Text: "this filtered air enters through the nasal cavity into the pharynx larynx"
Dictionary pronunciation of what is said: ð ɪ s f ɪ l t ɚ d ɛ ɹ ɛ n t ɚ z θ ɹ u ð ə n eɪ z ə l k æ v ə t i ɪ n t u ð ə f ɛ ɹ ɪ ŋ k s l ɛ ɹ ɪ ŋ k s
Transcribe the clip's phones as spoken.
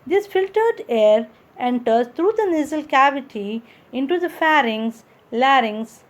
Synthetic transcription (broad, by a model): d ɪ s f ɪ l t ɚ d ɛ ɹ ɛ n t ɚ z t ɹ u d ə n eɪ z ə l k æ v ə t i ɪ n t u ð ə f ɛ ɹ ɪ ŋ s l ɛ ɹ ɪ ŋ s